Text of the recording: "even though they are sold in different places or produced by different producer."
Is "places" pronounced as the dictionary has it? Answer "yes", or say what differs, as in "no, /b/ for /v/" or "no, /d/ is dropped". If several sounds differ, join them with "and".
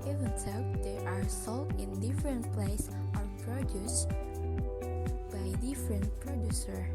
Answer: no, /s/ is dropped and /s/ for /z/